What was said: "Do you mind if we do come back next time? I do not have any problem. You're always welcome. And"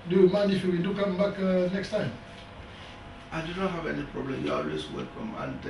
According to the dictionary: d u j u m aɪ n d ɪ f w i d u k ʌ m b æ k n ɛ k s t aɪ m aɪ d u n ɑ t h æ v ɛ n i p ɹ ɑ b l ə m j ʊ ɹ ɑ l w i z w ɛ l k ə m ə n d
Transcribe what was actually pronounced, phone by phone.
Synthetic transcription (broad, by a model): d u j u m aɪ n ɪ f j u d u k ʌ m b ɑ k n ɛ k s t aɪ m aɪ d u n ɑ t h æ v ɛ n i p ɹ ɑ b l ə m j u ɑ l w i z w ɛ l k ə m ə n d